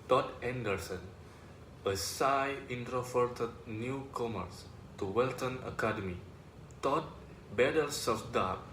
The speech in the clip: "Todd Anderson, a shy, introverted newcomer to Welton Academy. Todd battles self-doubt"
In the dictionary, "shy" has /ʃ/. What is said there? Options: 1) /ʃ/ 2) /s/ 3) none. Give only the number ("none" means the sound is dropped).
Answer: 2